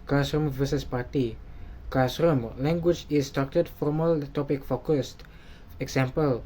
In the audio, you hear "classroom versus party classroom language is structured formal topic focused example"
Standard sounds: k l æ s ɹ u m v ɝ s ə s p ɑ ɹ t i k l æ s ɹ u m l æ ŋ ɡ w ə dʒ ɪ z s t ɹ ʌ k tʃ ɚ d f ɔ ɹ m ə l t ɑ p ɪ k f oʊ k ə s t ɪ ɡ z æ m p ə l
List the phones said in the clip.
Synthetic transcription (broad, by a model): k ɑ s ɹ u m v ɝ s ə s p ɑ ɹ t i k ɑ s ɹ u m l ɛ ŋ ɡ w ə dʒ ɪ s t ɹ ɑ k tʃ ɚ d f ɔ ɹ m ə l t ɑ p ɪ k f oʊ k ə s t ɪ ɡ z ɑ m p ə l